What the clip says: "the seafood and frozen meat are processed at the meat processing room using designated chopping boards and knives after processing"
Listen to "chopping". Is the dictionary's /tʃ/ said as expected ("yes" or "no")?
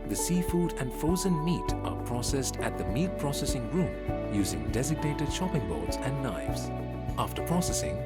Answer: no